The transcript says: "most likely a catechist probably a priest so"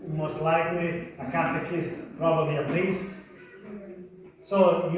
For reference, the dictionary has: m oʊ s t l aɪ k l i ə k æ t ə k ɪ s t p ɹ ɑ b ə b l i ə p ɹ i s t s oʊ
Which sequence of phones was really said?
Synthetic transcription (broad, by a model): m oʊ s t l aɪ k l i ə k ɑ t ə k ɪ s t p ɹ ɑ b ə b l i ə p l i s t s oʊ